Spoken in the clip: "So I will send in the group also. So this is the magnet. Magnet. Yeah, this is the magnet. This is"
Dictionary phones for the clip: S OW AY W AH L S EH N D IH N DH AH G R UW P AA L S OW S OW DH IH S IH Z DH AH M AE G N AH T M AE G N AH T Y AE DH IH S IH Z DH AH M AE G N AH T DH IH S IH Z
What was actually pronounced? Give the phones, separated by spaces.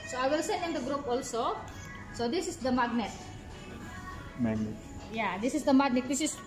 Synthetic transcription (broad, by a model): S OW AY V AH L S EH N IH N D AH G R UW P AA L S OW S OW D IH S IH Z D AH M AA G N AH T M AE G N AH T Y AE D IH S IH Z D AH M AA G N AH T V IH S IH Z